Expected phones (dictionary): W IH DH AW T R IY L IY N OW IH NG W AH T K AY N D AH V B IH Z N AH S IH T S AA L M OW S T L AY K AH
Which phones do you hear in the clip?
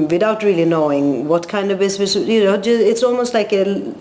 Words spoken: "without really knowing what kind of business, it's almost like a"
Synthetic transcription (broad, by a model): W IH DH AW T R IY L IY N OW IH NG W AH T K AY N D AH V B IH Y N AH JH IH T S AA L M OW S T L AY K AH